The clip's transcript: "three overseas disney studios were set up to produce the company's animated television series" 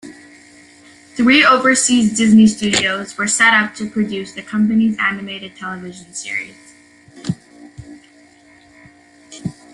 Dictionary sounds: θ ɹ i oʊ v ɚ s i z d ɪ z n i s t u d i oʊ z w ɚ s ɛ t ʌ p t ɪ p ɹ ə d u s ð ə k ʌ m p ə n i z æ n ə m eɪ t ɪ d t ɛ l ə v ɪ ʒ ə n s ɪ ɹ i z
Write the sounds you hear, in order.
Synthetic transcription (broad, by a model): θ ɹ i oʊ v ɚ s i z d ɪ z n i s t u d i oʊ z w ɚ s ɛ t ʌ p t ɪ p ɹ ə d u s ð ə k ʌ m p ə n i z æ n ə m eɪ t ɪ d t ɛ l ə v ɪ ʒ ə n s ɪ ɹ i z